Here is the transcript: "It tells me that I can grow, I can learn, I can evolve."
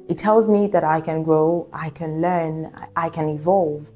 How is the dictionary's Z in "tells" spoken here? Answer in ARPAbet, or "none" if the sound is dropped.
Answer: Z